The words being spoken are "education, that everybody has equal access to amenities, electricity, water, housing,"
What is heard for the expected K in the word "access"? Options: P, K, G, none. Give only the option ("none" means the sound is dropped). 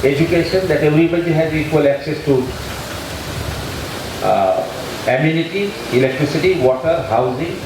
K